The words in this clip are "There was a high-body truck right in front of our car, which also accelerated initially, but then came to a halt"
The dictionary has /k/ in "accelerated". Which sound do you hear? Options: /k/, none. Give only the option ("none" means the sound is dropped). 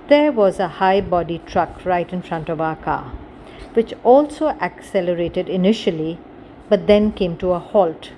/k/